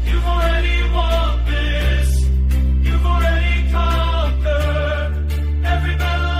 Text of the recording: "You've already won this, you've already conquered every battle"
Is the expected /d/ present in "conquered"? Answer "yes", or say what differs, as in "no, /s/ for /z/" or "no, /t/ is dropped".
no, /d/ is dropped